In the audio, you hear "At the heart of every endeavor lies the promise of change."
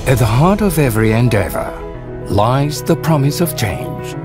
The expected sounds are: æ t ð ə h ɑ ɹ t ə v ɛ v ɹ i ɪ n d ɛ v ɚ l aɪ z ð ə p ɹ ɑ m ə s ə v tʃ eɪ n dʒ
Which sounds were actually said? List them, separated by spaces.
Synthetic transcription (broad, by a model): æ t ð ə h ɑ ɹ t ə v ɛ v ɹ i ɪ n d ɛ v ɚ l aɪ z ð ə p ɹ ɑ m ə s ə v tʃ eɪ n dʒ